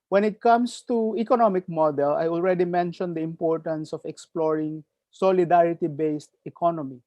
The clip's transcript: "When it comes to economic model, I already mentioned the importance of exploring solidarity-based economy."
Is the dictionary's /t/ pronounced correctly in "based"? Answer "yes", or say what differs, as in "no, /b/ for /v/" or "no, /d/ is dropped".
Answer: yes